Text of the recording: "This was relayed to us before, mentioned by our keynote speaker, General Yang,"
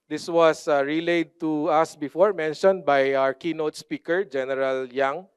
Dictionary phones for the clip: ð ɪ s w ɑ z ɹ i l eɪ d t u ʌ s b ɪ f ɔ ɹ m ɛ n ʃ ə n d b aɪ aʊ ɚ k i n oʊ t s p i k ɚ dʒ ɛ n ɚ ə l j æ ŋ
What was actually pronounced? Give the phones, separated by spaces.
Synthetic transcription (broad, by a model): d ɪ s w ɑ s ɹ i l eɪ d t u ʌ s b ɪ f ɔ ɹ m ɛ n ʃ ə n d b aɪ aʊ ɚ k i n oʊ t s p i k ɚ dʒ ɛ n ɚ ə l j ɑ ŋ